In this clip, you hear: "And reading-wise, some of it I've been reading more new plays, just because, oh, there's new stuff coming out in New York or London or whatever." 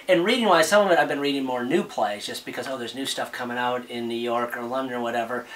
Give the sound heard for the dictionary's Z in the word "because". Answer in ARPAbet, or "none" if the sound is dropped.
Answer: Z